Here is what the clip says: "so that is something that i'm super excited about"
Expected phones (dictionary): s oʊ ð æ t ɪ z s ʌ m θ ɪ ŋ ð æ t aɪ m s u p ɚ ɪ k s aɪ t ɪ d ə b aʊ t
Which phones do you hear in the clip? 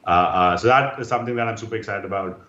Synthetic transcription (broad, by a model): s oʊ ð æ t ɪ z s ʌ m t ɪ ŋ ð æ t aɪ m s u p ɚ ɪ k s aɪ t ɪ d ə b aʊ t